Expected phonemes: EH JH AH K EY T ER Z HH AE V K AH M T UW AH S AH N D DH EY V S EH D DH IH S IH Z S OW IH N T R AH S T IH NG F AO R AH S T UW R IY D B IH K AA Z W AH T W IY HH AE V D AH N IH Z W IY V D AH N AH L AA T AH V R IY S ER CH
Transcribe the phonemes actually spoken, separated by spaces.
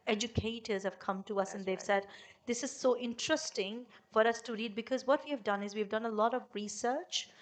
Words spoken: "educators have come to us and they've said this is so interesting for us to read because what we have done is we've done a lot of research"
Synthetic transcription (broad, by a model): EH JH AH K EY T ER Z HH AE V K AH M T UW AH S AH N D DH EY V S EH D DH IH S IH Z S OW IH N T R AH S T IH NG F AO R AH S T UW R IY D B IH K AA Z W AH T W IY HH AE V D AH N IH Z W IY V D AH N AH L AA T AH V R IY S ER CH